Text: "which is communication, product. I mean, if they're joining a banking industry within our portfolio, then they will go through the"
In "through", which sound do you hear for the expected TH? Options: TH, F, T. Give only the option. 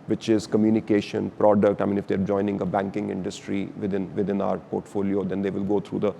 T